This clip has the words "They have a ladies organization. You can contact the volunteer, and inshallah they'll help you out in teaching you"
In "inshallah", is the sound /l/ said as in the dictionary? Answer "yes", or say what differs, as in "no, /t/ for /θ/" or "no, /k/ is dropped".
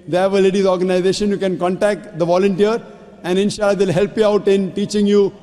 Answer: no, /l/ is dropped